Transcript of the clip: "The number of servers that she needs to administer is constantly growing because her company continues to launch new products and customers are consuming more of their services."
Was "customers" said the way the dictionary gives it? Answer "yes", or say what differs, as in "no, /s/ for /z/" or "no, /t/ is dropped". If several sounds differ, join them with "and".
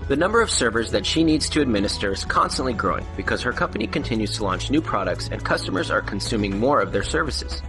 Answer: yes